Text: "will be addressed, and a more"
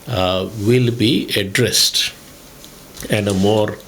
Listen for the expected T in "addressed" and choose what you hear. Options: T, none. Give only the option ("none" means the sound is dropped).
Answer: T